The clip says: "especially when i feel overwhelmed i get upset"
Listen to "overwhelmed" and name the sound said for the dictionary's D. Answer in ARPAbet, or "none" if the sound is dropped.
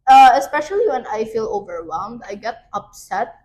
D